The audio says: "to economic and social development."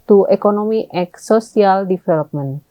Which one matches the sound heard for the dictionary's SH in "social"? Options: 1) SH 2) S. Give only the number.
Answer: 2